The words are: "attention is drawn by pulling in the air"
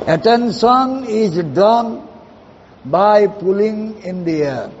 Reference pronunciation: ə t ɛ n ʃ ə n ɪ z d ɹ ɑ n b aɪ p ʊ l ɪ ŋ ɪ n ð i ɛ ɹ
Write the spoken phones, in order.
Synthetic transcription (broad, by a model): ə t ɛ n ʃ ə n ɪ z d ɑ n b aɪ p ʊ l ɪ ŋ ɪ n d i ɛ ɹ